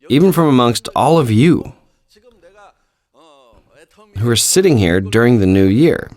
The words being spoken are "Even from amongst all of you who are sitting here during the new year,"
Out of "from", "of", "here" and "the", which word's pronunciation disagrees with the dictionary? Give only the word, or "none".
none